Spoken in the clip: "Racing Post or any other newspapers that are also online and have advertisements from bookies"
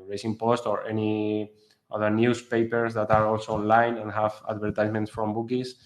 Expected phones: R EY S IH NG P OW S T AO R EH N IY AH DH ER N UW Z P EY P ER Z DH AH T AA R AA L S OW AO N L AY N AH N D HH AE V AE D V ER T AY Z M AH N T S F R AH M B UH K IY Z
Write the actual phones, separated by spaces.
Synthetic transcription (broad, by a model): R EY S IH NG P OW S T AO R EH N IY AH DH ER N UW S P EY P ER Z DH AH T AA R AA L S OW AO N L AY N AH N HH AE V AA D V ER T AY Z M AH N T S F R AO M B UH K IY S